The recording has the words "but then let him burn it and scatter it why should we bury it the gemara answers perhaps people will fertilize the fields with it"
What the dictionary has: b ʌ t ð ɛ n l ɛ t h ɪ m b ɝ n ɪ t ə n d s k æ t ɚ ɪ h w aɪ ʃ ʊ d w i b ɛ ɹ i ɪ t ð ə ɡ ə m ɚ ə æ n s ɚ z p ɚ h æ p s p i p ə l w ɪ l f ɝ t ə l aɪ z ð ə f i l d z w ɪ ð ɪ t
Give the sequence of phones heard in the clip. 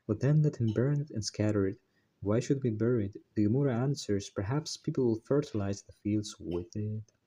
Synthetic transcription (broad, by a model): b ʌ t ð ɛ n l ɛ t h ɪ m b ɝ n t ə n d s k æ t ɚ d w aɪ ʃ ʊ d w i b ɛ ɹ i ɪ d ð ə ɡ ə m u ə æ n s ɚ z p ɚ h æ p s p i p l w ɪ l f ɝ t ə l aɪ z ð ə f i l d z w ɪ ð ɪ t